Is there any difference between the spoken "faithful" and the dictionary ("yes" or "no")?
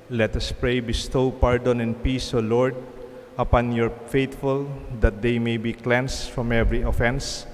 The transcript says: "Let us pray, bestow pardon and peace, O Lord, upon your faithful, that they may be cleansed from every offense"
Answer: yes